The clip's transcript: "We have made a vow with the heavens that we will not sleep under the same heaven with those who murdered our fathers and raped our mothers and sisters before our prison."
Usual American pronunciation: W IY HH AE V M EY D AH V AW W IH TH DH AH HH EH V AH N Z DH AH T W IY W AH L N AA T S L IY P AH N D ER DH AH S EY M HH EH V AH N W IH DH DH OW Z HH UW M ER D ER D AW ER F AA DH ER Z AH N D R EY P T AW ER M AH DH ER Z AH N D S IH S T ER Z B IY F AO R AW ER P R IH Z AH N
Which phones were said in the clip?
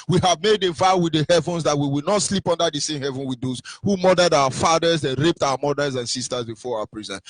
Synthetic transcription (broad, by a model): W IY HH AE V M EY D AH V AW W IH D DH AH HH EH V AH N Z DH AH T W IY W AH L N AA T S L IY P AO N D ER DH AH S EY M HH EH V AH N W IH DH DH OW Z HH UW M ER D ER D AW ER F AA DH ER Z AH N R EY P T AW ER M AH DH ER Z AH N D S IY S T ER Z B IY F AO R AW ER P R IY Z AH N